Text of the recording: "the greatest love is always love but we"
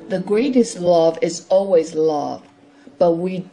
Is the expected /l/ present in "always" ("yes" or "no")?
yes